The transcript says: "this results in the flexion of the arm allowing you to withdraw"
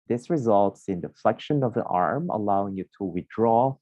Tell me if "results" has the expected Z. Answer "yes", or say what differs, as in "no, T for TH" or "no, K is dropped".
yes